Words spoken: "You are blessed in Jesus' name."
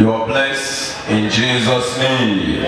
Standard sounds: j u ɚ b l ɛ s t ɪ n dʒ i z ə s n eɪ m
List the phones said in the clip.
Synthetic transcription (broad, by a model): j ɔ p l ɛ s ɪ n dʒ i z ə s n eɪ m